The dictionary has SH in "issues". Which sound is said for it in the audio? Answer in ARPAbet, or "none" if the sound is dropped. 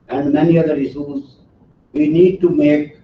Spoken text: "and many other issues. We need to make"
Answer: S